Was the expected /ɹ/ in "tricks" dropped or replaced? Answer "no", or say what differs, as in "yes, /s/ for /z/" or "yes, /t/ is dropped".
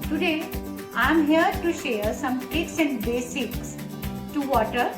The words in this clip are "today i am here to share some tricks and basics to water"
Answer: yes, /ɹ/ is dropped